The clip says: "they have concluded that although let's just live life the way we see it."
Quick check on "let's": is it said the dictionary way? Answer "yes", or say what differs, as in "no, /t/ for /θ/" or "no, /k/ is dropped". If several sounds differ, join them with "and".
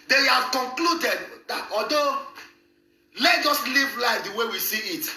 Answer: no, /s/ is dropped